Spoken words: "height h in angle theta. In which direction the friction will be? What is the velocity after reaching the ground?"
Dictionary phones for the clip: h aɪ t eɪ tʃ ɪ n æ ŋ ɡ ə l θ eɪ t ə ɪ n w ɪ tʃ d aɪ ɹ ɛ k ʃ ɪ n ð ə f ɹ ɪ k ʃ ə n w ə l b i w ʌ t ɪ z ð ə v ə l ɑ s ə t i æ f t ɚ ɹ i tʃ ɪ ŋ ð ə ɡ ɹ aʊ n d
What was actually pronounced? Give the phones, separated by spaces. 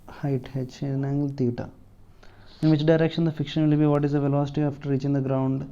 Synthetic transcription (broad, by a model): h aɪ t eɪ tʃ ɪ n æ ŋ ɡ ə l t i t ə ɪ n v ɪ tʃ d aɪ ɹ ɛ k ʃ ɪ n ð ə f ɪ k ʃ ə n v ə l b i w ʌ t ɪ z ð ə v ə l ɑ s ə t i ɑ f t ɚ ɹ i tʃ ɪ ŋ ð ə ɡ ɹ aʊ n d